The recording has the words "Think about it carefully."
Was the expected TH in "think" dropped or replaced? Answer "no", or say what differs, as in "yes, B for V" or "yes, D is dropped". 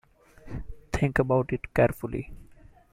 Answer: yes, T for TH